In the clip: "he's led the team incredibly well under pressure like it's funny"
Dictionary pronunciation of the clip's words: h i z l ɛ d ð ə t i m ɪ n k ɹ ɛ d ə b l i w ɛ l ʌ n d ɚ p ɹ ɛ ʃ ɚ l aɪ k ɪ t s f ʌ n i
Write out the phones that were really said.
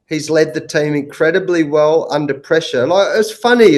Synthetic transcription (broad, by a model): h i z l ɛ d ð ə t i m ɪ n k ɹ ɛ d ə b l i w ɛ l ʌ n d ɚ p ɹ ɛ ʃ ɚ n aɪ ɪ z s f ʌ n i